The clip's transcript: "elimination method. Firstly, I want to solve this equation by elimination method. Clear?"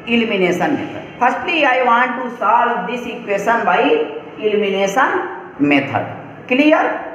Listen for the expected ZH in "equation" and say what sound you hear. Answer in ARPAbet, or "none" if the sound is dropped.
S